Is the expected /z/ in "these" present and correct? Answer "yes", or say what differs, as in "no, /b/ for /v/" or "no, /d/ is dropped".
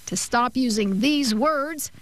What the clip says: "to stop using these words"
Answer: yes